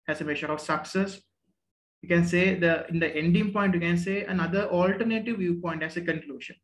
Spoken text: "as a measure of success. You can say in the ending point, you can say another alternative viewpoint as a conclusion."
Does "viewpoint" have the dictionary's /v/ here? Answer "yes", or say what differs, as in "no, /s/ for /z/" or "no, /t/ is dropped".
yes